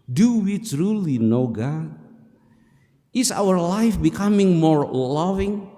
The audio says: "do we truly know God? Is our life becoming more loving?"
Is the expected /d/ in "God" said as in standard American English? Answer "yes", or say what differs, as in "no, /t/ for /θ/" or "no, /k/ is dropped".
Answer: no, /d/ is dropped